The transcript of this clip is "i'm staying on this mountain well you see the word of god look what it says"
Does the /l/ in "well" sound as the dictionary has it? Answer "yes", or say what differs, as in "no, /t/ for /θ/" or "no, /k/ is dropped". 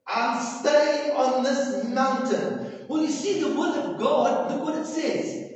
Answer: no, /n/ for /l/